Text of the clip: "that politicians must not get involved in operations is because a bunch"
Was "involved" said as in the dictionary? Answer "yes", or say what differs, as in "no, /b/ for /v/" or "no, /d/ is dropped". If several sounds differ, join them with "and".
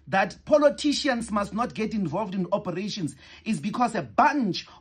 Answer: yes